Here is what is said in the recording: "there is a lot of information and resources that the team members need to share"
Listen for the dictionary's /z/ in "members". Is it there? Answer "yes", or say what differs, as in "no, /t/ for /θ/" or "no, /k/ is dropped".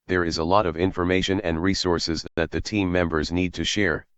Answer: yes